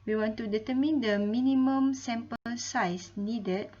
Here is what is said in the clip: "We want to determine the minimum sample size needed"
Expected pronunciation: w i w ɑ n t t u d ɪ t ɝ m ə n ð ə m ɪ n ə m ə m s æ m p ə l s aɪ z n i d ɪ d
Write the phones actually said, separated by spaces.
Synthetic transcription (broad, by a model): w i w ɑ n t t u d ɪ t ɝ m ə n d ə m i n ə m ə m s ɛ m p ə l s aɪ s n i d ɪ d